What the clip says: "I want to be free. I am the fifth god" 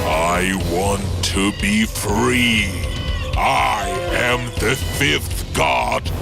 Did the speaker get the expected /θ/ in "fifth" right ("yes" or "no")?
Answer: yes